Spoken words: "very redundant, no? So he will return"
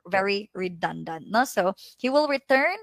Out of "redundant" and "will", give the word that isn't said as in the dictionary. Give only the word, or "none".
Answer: none